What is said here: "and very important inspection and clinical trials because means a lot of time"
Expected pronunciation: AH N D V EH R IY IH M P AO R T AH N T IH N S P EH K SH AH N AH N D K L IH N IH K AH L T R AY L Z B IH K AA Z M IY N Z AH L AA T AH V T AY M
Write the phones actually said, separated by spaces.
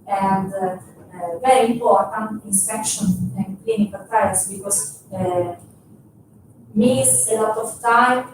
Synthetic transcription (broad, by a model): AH N D V EH R IY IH M P AO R T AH N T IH N S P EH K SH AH N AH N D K L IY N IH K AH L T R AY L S B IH K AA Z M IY Z AH L AA T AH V T AY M